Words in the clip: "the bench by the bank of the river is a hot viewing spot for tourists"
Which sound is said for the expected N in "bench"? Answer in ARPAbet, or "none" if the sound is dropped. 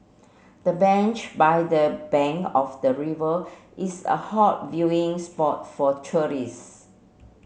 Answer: N